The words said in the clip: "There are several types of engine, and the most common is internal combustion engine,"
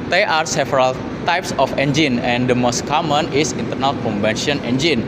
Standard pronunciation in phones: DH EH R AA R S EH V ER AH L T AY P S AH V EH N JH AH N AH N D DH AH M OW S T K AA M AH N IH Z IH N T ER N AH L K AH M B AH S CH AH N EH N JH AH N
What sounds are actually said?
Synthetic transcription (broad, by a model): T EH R AA R S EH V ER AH L T AY P S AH F EH N JH AH N AH N D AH M OW S T K AA M AH N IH S IH N T ER N AH L K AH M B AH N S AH N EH N JH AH N